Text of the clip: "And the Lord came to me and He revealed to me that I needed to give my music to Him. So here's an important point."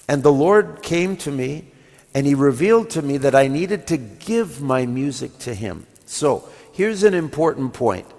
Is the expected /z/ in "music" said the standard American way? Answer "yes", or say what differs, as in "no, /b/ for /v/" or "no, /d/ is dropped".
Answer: yes